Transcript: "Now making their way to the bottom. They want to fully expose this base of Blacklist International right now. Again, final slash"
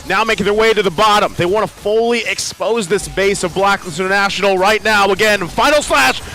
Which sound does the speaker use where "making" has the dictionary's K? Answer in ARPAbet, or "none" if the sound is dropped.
none